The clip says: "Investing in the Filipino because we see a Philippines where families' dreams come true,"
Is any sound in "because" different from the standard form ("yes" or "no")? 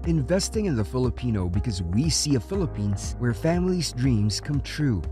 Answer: no